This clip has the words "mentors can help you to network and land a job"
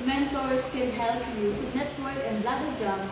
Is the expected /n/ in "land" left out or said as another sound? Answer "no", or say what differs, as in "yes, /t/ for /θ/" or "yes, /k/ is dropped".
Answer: yes, /n/ is dropped